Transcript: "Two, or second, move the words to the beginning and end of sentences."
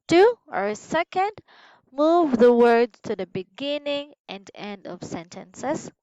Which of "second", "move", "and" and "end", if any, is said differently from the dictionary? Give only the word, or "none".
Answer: none